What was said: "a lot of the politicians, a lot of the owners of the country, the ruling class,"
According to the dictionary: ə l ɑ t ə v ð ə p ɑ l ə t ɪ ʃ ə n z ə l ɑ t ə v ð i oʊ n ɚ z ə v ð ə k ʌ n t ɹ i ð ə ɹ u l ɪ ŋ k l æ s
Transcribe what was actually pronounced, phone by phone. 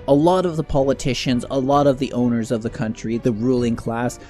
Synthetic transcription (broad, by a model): ə l ɑ t ə v ð ə p ɑ l ə t ɪ ʃ ə n z ə l ɑ t ə v ð i oʊ n ɚ z ə v ð ə k ʌ n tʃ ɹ i ð ə ɹ u l ɪ ŋ k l æ s